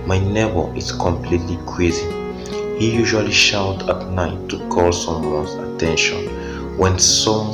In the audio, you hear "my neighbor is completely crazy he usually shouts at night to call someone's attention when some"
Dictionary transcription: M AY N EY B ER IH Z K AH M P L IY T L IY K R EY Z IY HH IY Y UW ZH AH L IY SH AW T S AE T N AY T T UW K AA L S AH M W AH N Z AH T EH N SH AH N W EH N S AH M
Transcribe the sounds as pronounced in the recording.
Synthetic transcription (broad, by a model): M AY N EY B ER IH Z K AH M P L IY T L IY K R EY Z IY HH IY Y UW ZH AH L IY SH AW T AA T N AY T T UW K AA L S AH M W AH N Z AH T EH N SH AH N W EH N S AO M